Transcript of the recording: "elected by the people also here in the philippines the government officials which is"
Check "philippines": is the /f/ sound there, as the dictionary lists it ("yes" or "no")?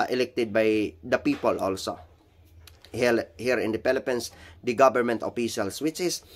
no